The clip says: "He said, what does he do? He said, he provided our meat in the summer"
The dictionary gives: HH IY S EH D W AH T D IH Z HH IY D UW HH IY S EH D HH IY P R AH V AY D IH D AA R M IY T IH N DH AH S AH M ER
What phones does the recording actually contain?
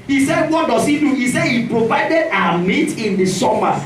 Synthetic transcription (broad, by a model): HH IY S EH D W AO T D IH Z HH IY D UW HH IY S EH D HH IY P R AH V AY D IH D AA M IY T IH N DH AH S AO M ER